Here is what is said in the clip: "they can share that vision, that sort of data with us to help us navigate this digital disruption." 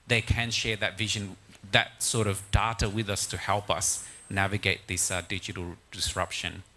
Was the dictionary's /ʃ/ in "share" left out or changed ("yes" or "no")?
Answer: no